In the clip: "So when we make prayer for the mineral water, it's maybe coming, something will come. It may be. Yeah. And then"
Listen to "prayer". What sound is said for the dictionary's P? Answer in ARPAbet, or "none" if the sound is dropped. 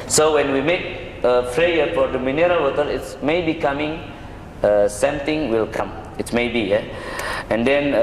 F